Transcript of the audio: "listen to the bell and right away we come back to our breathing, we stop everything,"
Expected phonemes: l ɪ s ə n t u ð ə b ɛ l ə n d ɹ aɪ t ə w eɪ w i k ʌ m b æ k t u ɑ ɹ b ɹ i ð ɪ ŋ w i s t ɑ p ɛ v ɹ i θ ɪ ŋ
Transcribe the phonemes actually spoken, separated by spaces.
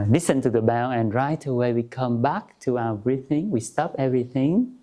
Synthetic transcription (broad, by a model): l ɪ s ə n t u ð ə b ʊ n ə n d ɹ aɪ t ə w eɪ w i k ʌ m b æ k t u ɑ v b ɹ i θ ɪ ŋ w i s t ɑ p ɛ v ɹ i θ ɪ ŋ